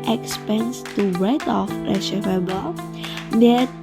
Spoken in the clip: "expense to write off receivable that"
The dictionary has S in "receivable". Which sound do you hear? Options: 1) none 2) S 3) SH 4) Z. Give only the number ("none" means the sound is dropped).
3